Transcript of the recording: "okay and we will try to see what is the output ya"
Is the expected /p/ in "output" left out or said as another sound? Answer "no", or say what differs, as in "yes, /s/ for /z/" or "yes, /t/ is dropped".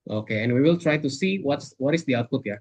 no